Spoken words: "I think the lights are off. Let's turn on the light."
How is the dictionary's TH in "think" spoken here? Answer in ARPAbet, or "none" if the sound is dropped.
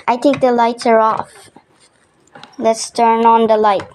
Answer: T